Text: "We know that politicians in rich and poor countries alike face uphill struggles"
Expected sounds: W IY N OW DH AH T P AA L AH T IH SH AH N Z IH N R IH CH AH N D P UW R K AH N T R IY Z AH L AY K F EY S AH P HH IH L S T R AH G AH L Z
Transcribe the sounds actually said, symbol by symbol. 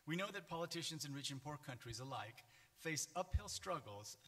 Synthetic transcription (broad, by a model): W IY N OW DH AH T P AA L AH T IH SH AH N Z IH N R IH CH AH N P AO R K AH N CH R IY Z AH L AY K F EY S AH P HH IH L S T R AH G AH L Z